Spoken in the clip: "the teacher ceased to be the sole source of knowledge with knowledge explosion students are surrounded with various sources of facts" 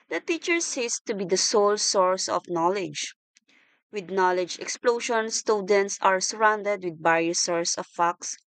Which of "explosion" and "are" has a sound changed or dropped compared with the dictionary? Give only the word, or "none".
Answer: explosion